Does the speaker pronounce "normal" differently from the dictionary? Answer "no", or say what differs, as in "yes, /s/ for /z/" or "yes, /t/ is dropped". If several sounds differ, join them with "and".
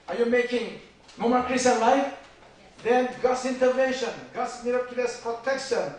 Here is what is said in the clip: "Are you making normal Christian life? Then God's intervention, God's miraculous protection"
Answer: yes, /n/ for /l/